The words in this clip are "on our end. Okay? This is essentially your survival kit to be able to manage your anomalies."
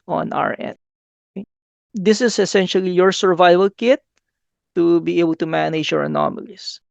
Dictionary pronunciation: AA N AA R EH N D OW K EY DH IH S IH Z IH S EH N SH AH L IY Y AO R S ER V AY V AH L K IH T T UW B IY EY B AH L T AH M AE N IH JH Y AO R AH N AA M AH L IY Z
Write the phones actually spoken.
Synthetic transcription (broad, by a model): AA N AA R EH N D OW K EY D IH S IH S IH S EH N SH AH L IY Y AO R S ER V AY V AH L K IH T T UW B IY EY B AH L T AH M AE N IH JH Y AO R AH N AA M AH L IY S